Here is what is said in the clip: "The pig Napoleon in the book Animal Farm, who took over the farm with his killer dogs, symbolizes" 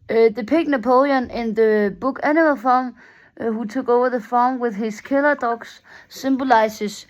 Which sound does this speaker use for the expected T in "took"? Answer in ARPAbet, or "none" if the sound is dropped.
S